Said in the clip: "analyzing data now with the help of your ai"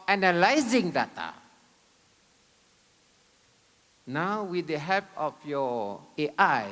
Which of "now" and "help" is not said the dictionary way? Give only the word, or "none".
help